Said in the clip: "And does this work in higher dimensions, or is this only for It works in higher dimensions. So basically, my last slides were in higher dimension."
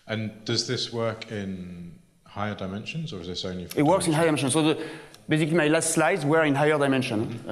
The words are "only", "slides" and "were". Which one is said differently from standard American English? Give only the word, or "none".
only